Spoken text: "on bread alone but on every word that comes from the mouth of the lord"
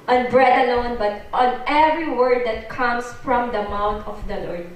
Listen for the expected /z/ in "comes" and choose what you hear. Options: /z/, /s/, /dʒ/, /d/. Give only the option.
/s/